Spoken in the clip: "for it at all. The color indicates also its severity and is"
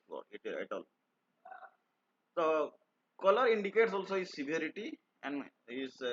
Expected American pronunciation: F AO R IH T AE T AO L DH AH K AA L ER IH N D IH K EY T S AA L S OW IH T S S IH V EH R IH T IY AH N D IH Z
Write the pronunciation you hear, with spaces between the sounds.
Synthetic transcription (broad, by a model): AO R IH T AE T AO L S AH K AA L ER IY N D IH K EY T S AA L S OW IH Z S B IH AO R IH T IY AH N D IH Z